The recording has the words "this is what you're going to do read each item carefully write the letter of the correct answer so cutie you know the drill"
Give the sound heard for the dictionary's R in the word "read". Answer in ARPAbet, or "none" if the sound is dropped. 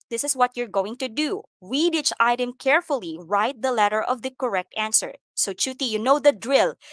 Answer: W